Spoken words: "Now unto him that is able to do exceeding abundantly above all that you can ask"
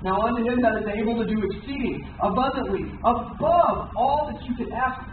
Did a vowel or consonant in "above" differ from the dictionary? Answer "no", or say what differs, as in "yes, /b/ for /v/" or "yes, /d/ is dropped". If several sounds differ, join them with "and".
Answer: no